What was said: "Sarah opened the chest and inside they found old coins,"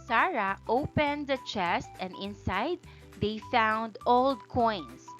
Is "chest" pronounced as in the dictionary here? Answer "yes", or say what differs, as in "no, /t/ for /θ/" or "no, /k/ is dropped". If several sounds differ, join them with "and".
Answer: yes